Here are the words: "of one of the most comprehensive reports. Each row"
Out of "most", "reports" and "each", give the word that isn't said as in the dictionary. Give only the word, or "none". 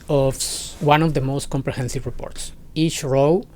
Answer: none